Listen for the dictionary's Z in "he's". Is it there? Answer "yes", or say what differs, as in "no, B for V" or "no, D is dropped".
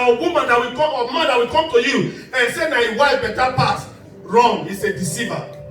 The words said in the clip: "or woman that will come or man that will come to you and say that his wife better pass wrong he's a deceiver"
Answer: no, S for Z